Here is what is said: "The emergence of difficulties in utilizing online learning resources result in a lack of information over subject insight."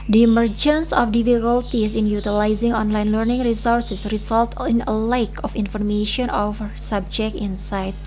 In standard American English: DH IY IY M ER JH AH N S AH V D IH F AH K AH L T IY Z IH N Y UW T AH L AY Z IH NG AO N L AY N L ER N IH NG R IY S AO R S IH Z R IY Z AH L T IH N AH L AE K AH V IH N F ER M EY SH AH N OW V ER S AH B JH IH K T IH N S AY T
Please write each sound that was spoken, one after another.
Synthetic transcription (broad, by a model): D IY IY M ER JH AH N S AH F D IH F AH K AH L T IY S IH N Y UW T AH L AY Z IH NG AO N L AY N L ER N IH NG R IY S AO R S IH S R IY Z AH L T IH N AH L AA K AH F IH N F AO M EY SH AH N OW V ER S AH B JH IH K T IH N S AY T